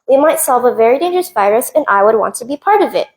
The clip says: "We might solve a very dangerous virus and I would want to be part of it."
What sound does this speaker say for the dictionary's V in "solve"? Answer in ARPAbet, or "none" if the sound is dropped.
V